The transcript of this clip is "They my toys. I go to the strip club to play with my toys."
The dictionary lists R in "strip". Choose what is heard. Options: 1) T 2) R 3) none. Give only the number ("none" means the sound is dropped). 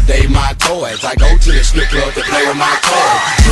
3